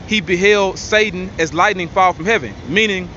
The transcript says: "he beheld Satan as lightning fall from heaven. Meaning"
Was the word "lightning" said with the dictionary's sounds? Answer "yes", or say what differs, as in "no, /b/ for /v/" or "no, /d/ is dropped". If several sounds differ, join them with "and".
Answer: yes